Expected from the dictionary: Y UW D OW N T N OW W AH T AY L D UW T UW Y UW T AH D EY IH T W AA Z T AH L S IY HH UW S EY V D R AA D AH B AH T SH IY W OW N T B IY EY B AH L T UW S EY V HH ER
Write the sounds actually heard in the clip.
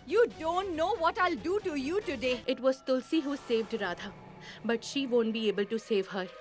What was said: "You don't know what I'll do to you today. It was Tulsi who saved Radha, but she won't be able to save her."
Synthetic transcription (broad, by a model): Y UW D OW N T N OW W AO T AY L D UW T UW Y UW T AH D EY IH T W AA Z T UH L S IY HH UW S EY V D R AA D AH B AH T SH IY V OW N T B IY EY B AH L T UW S EY V HH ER